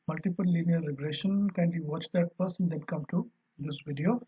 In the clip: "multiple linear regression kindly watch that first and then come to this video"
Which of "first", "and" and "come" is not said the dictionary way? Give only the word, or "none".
first